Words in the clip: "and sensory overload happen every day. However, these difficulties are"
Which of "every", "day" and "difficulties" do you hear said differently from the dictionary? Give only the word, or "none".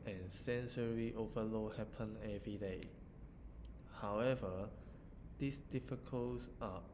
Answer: difficulties